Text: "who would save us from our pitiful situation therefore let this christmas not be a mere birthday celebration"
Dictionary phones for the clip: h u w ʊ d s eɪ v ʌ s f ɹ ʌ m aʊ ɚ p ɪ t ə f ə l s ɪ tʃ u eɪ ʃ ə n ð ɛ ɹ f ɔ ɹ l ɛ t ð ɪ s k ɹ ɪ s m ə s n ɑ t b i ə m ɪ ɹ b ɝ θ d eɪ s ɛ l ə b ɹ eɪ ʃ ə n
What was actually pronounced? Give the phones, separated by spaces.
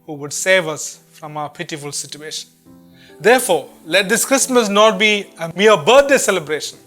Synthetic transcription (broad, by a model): h u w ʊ d s eɪ v ʌ s f ɹ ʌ m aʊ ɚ p ɪ t ə f ə l s ɪ tʃ u eɪ ʃ ə n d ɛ ɹ f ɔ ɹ l ɛ t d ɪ s k ɹ ɪ s m ə s n ɑ t b i ə m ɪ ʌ b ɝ t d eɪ s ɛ l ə b ɹ eɪ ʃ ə n